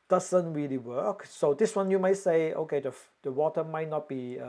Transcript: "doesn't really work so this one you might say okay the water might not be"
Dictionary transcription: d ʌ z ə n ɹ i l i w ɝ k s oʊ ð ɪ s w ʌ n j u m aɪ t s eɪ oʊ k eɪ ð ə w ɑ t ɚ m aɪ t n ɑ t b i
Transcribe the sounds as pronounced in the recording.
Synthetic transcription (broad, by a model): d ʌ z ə n ɹ i l i w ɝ k s oʊ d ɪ s w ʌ n j u m aɪ t s eɪ oʊ k eɪ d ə w ɑ t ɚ m aɪ t n ɑ t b i